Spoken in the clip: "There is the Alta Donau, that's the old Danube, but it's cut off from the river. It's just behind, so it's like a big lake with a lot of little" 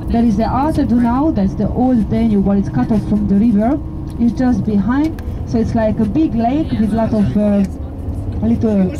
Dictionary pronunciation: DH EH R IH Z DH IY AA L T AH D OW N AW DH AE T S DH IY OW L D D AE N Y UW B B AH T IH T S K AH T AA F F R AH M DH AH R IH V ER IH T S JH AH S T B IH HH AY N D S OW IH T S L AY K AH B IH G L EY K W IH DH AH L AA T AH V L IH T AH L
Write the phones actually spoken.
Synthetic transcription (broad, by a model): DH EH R IH Z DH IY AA T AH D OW N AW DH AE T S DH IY OW L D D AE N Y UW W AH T IH T S K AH T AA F F R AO M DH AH R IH V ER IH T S JH AH S T B IH HH AY N D S OW IH T S L AY K AH B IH G L EY K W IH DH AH L AA T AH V L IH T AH L